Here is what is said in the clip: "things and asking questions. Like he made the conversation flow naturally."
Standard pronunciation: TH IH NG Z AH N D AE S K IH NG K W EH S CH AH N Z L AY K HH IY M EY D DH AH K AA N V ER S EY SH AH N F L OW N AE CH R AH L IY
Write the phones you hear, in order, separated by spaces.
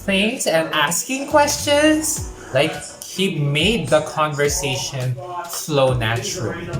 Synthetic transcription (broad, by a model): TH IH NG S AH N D AE S K IH NG K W EH S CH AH N S L AY K HH IY M EY D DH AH K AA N V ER S EY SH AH N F L OW N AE CH R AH L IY